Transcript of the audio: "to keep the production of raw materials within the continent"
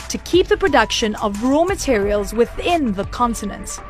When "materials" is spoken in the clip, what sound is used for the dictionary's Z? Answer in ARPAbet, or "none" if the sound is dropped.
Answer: Z